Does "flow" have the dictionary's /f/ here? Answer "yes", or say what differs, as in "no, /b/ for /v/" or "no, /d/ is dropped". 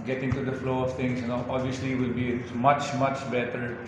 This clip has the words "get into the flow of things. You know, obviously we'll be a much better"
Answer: yes